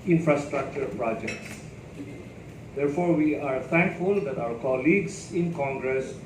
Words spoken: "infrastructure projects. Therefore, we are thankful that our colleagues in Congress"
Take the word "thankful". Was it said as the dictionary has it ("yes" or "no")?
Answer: no